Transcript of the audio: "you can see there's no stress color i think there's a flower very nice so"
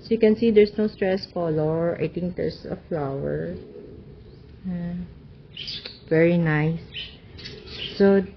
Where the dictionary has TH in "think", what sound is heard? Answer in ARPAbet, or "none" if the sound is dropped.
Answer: T